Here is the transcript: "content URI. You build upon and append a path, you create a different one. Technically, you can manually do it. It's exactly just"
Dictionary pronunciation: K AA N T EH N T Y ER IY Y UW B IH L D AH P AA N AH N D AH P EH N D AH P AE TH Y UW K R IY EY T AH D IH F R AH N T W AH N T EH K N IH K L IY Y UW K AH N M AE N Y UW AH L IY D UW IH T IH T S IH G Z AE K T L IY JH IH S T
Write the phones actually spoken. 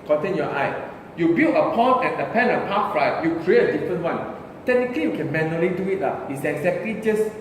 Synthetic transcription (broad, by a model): K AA N T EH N Y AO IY Y UW B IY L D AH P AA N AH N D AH P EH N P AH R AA T Y UW K R IY EY T AH D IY F R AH N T W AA N T EH K N IH K L IY Y UW K AH N M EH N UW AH L IY D UW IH T IH T S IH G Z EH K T L IY JH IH S